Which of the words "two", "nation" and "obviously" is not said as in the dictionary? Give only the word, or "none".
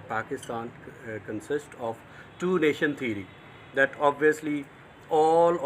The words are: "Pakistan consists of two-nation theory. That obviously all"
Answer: none